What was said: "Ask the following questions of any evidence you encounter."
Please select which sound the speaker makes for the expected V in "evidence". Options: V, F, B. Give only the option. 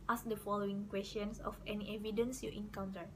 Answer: V